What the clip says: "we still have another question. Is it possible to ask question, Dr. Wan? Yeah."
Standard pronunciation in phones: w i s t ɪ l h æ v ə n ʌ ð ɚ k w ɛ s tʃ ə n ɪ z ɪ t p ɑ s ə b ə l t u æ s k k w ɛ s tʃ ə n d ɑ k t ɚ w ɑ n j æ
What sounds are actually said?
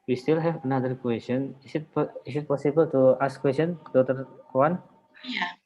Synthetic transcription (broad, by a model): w i s t ɪ l h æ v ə n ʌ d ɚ k w ɛ s tʃ ə n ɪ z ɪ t p ɑ s ə b ə l t u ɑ s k k w ɛ s tʃ ə n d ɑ t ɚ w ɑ n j